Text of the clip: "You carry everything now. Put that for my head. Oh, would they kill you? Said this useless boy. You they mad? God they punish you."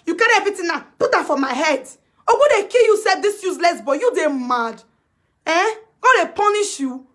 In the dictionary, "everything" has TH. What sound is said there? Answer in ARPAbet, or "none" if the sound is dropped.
T